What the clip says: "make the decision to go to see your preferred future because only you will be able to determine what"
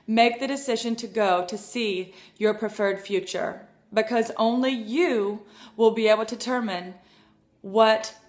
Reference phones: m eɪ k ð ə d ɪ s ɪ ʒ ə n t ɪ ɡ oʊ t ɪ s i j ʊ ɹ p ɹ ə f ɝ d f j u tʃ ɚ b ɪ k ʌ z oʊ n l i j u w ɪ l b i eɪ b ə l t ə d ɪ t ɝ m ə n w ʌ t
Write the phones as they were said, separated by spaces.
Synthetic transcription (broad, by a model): m eɪ k ð ə d ɪ s ɪ ʒ ə n t ɪ ɡ oʊ t ɪ s i j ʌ ɹ p ɹ ə f ɝ d f j u tʃ ɚ b ɪ k ʌ z oʊ n l i j u w ɪ l b i eɪ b l t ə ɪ t ɝ m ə n w ʌ t